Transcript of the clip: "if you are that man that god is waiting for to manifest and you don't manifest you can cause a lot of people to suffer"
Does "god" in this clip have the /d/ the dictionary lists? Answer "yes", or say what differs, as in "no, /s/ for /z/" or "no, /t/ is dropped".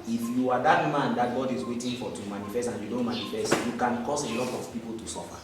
yes